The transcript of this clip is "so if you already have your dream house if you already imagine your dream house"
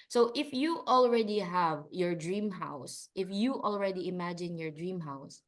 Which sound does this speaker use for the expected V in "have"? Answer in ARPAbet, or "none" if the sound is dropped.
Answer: V